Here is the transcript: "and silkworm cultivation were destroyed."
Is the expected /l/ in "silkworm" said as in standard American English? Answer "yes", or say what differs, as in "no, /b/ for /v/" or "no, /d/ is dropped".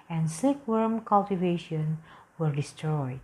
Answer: no, /l/ is dropped